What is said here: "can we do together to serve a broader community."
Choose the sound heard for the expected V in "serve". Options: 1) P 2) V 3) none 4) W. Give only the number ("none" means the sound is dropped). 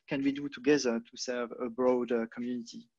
2